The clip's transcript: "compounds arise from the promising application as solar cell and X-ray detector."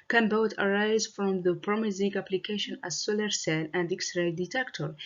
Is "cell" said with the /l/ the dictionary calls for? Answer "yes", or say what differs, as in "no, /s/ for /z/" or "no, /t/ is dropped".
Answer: no, /n/ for /l/